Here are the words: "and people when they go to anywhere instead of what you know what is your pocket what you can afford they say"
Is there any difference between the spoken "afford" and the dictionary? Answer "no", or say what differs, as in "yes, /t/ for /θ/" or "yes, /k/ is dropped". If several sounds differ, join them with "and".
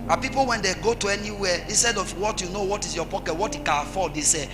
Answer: yes, /l/ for /ɹ/